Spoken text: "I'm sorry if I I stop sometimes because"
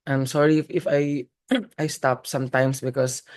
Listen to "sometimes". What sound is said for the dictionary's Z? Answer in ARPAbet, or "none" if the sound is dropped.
S